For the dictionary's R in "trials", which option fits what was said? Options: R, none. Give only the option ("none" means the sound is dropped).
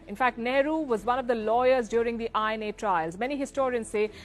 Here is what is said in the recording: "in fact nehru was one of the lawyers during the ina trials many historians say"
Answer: R